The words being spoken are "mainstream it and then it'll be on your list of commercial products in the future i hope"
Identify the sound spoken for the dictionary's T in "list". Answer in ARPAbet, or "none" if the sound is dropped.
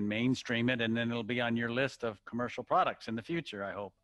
T